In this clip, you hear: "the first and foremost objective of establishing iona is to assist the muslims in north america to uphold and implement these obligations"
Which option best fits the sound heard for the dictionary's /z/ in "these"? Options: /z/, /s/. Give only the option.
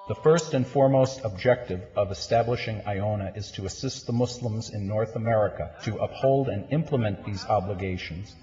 /z/